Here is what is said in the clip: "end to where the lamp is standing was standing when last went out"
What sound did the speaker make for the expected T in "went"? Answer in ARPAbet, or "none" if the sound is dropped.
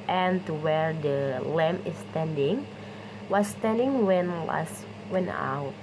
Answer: none